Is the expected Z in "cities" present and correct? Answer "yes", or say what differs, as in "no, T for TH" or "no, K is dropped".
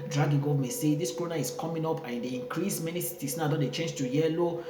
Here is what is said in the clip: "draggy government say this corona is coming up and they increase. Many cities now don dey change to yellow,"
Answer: no, S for Z